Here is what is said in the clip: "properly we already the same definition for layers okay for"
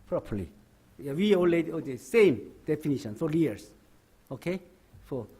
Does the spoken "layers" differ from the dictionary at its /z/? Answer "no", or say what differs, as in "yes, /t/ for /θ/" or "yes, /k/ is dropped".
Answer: yes, /s/ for /z/